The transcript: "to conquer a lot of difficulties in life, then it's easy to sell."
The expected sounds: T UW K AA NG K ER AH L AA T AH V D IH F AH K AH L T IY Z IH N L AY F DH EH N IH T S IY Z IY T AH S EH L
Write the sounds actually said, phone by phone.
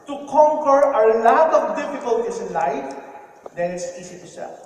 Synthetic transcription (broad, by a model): T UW K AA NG K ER AH L AA T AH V D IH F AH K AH L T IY S IH N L AY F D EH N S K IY S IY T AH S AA